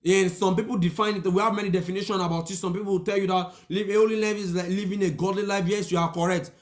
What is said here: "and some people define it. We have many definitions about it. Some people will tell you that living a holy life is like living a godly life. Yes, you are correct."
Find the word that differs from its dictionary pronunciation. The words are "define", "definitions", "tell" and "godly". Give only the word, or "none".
definitions